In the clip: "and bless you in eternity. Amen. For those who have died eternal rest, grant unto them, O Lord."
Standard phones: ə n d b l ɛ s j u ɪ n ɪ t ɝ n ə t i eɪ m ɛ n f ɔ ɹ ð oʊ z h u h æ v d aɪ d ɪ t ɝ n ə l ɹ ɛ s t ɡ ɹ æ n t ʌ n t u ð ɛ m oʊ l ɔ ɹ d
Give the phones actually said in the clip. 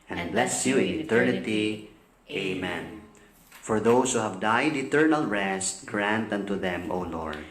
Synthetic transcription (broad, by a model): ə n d b l ɛ s j u ɪ n ɪ t ɝ n ə t i eɪ m ɛ n f ɔ ɹ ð oʊ s h u h æ v d aɪ d ɪ t ɝ n ə l ɹ ɛ s t ɡ ɹ æ n t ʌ n t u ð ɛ m oʊ l ɔ ɹ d